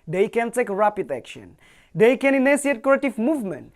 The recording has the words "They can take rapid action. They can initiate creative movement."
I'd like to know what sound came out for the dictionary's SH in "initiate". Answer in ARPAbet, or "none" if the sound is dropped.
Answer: S